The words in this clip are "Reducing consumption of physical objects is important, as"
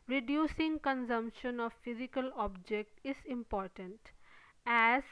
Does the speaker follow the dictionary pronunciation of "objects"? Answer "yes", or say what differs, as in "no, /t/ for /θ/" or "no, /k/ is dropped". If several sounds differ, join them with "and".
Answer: no, /s/ is dropped